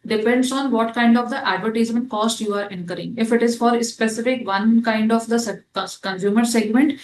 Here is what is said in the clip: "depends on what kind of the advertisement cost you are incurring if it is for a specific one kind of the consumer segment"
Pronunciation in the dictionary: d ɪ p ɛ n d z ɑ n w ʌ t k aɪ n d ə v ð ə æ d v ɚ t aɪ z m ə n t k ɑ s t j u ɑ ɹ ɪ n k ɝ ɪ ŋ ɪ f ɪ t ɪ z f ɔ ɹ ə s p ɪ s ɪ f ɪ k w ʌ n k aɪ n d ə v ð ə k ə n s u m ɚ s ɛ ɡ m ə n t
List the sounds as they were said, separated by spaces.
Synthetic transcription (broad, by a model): d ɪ p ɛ n d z ɑ n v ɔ t k aɪ n d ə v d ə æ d v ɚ t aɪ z ə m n k ɑ s t j u ɑ ɹ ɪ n k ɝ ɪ ŋ ɪ f ɪ t ɪ z f ɔ ɹ s p ɪ s ɪ f ɪ k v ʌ n k aɪ n d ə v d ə k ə n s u m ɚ s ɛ ɡ m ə n t